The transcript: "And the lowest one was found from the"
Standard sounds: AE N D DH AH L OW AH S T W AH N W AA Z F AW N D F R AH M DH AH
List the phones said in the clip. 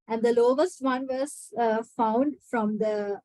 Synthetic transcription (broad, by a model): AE N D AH L OW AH S T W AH N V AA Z F AW N D F R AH M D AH